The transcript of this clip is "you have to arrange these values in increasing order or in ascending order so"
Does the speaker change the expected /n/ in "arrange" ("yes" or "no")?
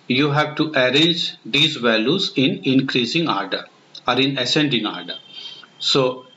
no